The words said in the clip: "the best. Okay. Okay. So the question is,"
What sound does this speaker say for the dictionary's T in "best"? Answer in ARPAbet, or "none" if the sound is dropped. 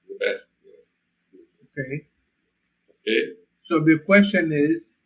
none